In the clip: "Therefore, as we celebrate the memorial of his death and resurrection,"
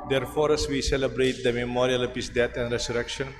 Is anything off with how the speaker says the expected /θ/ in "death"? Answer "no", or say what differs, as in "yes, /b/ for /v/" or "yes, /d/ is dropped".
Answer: yes, /t/ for /θ/